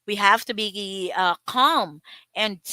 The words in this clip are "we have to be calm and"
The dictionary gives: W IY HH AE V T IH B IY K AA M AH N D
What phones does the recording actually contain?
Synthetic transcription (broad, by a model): W IY HH AE F T IH B IY K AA M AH N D